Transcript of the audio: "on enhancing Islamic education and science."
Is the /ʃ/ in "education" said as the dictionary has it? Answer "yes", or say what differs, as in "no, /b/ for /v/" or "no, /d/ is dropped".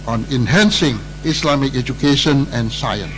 yes